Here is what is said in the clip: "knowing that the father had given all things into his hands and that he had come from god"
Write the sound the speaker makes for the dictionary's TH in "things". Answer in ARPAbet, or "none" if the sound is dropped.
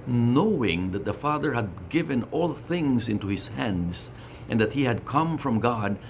TH